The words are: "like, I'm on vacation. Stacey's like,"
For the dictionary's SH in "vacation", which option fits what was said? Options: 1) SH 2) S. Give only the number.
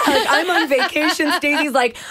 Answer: 1